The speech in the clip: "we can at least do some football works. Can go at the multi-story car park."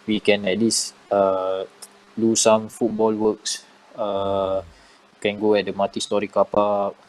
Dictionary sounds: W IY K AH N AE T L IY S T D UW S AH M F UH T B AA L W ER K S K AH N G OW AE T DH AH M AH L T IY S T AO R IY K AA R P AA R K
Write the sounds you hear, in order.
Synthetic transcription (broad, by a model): W IY K AH N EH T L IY S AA D UW S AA M F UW T B AA L W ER K S K AH N G OW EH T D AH M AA T IY S T AO R IY K AA P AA